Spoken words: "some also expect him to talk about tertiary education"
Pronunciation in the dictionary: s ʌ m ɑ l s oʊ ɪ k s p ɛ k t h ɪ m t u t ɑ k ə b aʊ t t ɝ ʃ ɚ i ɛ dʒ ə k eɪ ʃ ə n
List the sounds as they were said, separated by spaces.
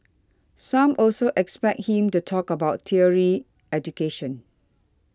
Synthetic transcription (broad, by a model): s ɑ m ɑ l s oʊ ɪ k s p ɛ k t h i m t u t ɑ k ə b aʊ t t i ɚ i ɛ dʒ ə k eɪ ʃ ə n